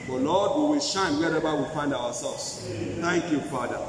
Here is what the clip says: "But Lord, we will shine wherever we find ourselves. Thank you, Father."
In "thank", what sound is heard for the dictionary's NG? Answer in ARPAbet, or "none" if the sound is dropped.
NG